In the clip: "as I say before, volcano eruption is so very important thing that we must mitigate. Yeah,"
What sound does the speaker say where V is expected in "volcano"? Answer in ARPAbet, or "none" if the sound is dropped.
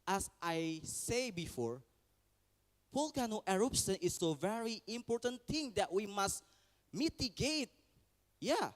P